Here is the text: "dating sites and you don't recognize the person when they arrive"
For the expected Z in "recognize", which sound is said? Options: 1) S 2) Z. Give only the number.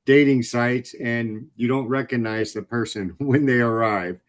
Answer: 2